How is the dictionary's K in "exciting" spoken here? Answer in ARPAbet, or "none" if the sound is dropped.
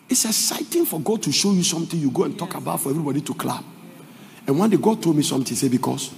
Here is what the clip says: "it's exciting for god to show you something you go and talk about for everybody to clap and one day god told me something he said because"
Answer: none